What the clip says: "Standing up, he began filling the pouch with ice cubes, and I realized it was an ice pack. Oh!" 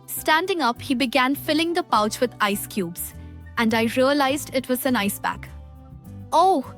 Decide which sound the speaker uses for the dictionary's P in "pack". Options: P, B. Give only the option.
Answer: B